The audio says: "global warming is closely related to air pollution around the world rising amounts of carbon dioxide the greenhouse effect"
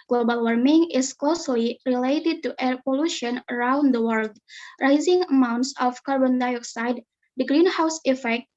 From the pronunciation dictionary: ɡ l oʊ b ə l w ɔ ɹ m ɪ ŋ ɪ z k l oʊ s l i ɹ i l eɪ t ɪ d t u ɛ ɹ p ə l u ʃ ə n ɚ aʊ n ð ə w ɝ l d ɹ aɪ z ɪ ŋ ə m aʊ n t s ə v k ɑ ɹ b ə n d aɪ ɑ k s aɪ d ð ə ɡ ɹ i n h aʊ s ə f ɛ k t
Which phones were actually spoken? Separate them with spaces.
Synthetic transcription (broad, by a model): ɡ l oʊ b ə l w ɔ ɹ m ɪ ŋ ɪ s k l oʊ s l i ɹ i l eɪ t ɪ d t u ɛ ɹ p ə l u ʃ ə n ɚ aʊ n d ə w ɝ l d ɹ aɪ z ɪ ŋ ə m aʊ n t s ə f k ɑ ɹ b ə n d aɪ ɑ k s aɪ d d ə ɡ ɹ i n h aʊ s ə f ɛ k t